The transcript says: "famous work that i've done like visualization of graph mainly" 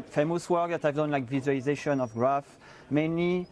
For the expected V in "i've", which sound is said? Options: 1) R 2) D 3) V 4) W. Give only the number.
3